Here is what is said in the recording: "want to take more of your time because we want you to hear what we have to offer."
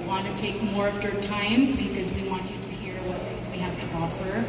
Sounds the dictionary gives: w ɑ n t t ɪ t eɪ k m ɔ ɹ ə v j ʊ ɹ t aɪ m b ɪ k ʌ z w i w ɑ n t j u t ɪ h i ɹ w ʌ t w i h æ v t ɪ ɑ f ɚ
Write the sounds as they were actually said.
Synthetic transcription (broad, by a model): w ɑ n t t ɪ t eɪ k m ɔ ɹ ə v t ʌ ɹ t aɪ m b ɪ k ʌ z w i w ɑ n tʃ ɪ t ɪ h i ɹ w ʌ t w i h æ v t ɪ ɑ f ɚ